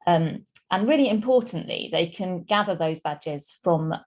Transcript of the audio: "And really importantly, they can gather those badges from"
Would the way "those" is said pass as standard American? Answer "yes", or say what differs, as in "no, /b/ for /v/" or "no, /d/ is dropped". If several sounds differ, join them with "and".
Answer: yes